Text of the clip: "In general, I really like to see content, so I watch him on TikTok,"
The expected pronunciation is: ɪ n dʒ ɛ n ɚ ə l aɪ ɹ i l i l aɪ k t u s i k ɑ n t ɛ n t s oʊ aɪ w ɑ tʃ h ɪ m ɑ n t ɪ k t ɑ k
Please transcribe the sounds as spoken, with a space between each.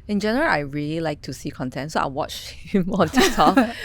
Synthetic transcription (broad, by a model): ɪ n dʒ ɛ n ɚ ə l aɪ ɹ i l i l aɪ k t u s i k ɑ n t ɛ n t s oʊ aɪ w ɑ tʃ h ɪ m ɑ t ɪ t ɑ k